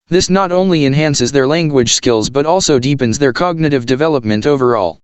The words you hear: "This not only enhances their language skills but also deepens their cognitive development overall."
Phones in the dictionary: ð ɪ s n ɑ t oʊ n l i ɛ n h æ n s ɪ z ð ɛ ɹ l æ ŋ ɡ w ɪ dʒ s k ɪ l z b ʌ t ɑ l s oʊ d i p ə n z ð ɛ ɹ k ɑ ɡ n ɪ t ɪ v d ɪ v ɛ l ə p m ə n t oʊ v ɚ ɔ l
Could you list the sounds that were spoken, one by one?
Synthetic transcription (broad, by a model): ð ɪ s n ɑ t oʊ n l i ɛ n h æ n s ɪ z ð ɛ ɹ l æ ŋ ɡ w ɪ dʒ s k ɪ l z b ʌ t ɑ l s oʊ d i p ə n z ð ɛ ɹ k ɑ ɡ n ɪ t ɪ v d ɪ v ɛ l ə p m ə n t oʊ v ɚ ɔ l